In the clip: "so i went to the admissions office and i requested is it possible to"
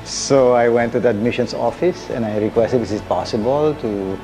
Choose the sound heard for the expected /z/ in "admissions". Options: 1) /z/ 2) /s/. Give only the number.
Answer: 2